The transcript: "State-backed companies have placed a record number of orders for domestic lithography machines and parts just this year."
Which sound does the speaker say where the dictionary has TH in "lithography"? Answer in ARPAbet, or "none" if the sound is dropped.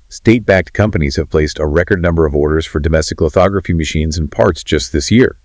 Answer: TH